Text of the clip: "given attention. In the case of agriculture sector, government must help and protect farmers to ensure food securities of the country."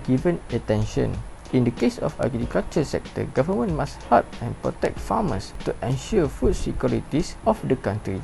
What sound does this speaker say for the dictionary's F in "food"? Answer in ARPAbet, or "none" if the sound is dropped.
F